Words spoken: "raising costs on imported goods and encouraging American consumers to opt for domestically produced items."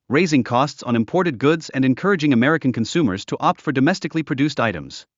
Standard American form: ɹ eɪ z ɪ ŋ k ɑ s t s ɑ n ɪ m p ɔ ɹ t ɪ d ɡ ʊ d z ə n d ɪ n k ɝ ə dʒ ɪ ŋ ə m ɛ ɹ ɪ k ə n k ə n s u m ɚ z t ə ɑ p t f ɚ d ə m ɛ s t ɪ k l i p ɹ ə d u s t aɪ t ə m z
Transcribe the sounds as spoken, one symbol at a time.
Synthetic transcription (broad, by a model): ɹ eɪ z ɪ ŋ k ɑ s t s n ɪ m p ɔ ɹ t ɪ d ɡ ʊ d z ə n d ɪ n k ɝ ə dʒ ɪ ŋ ə m ɛ ɹ ɪ k ə n k ə n s u m ɚ z t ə ɑ p t f ɚ d ə m ɛ s t ɪ k l i p ɹ ə d u s t aɪ t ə m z